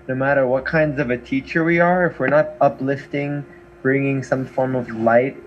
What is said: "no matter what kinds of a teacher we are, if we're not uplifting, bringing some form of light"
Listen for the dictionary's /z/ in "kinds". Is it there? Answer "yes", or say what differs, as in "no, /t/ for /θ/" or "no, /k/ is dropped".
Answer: yes